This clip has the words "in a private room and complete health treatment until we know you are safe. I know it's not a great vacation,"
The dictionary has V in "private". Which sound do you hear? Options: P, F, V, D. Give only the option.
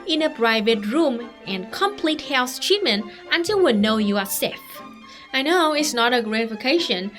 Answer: V